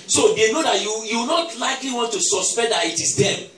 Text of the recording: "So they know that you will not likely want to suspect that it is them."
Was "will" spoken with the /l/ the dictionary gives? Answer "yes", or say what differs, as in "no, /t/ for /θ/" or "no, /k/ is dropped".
no, /w/ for /l/